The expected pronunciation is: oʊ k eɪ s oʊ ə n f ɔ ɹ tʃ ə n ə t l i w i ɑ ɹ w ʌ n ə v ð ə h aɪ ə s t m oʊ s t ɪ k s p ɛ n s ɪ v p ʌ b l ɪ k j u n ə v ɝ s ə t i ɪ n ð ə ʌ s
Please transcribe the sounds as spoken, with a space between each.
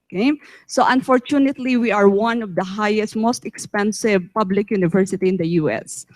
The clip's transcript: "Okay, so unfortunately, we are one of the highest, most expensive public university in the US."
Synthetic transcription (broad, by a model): k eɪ s oʊ ə n f ɔ ɹ tʃ ə n ə t l i w i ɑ ɹ w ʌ n ə v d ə h aɪ ə s t m oʊ s t ɪ k s p ɛ n s ɪ v p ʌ b l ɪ k j u n ə v ɝ s ə t i ɪ n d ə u s